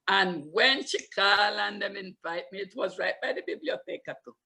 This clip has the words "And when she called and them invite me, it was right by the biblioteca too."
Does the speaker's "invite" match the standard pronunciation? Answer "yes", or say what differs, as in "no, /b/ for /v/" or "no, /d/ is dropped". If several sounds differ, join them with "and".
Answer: no, /f/ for /v/